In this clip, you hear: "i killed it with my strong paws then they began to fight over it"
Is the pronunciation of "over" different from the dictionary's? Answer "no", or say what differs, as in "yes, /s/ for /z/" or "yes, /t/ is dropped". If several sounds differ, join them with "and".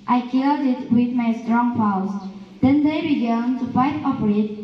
yes, /p/ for /v/